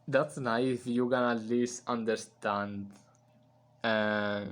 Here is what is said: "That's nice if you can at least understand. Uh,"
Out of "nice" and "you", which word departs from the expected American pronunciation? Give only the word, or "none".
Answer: nice